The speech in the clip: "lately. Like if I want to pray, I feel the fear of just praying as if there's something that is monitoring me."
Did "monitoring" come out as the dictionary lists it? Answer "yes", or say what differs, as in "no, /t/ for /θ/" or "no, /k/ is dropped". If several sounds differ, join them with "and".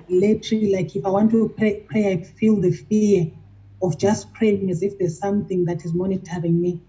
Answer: yes